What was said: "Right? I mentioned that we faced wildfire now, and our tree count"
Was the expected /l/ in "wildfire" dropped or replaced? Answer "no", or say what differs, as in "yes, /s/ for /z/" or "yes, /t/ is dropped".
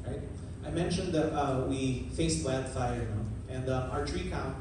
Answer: yes, /l/ is dropped